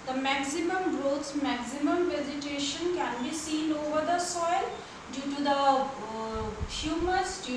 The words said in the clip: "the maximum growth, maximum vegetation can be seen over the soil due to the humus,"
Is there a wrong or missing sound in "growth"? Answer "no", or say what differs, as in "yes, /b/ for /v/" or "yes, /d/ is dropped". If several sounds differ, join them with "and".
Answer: yes, /s/ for /θ/